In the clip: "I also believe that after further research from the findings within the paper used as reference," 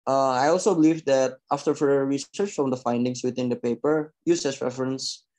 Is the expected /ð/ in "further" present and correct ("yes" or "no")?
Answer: no